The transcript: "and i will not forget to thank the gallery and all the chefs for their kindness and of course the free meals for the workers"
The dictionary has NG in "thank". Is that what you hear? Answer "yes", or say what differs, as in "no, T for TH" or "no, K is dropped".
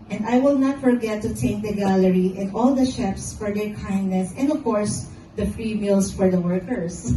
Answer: no, NG is dropped